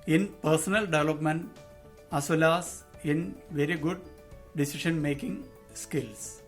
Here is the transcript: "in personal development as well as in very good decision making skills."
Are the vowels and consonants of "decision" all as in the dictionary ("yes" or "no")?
no